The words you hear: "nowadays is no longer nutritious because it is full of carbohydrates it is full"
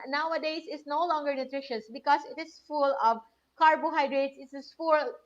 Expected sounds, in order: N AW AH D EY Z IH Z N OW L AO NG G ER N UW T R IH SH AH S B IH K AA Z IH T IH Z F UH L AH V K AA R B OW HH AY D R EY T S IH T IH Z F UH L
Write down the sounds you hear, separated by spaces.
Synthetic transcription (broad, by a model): N AW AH D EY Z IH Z N OW L AO NG G ER N UW T R IH SH AH S B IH K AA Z IH T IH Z F UH L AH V K AA R B OW HH AY D R EY T S IH T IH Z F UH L